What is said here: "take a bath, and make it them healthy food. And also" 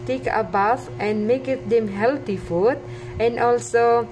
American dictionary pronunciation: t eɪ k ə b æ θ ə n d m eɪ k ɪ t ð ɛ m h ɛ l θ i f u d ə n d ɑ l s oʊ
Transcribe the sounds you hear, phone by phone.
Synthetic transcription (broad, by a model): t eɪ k ə b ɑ f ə n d m eɪ k ɪ t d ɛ m h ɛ l t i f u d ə n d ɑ l s oʊ